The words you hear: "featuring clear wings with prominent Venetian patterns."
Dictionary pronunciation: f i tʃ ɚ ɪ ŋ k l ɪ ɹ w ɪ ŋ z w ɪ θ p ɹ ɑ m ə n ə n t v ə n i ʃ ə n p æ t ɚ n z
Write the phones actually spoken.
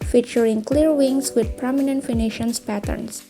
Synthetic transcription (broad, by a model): f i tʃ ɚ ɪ ŋ k l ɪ ɹ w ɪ ŋ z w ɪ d p ɹ ɑ m ə n ə n t f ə n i ʃ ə n p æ t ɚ n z